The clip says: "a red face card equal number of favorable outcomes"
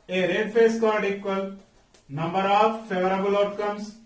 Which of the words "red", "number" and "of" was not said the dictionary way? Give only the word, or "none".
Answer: of